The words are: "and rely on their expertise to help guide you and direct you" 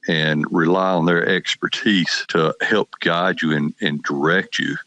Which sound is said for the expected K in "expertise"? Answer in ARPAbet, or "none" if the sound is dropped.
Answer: K